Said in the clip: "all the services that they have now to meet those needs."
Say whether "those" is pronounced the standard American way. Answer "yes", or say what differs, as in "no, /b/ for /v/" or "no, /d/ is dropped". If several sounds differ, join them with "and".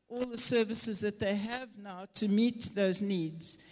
yes